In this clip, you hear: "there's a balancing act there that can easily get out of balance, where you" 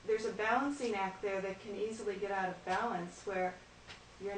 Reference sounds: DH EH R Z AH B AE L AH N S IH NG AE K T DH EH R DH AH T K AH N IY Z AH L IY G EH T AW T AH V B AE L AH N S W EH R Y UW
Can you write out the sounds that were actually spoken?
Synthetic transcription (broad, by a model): DH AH R Z AH B AE L AH N S IH NG AE K T DH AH R DH AH T K AH N IY Z L IY G EH T AW T AH V B AE L AH N S W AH R Y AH